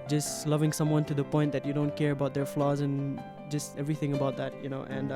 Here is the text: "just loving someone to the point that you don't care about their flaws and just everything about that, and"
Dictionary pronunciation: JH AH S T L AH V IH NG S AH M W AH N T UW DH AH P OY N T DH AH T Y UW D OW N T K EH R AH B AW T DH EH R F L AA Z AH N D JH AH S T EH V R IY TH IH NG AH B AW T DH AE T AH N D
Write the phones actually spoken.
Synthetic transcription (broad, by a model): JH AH S T L AH V IH NG S AH M W AH N T UW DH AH P OY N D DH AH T Y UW D OW N T K EH R AH B AW T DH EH R F L AA Z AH N JH AH S T EH V R IY TH IH NG AH B AW T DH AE T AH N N